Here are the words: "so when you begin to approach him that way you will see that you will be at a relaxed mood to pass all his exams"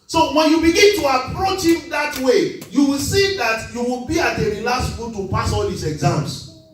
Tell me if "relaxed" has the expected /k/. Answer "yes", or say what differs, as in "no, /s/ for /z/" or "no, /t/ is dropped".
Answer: no, /k/ is dropped